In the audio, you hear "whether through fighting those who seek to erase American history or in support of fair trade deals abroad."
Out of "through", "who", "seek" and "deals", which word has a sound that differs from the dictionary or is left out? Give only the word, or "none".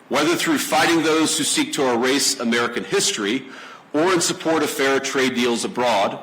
none